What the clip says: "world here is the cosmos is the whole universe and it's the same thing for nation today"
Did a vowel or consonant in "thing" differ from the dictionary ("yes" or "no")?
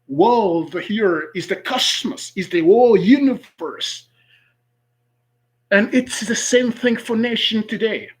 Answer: no